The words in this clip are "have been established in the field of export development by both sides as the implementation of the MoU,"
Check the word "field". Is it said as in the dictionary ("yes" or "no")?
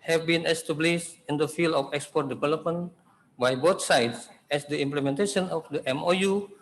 no